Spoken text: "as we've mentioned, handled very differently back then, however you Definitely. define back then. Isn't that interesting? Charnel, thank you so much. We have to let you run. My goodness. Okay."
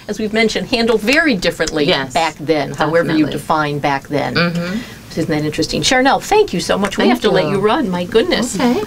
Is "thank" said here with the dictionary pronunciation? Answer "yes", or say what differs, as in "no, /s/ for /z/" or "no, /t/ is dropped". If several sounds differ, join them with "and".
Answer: yes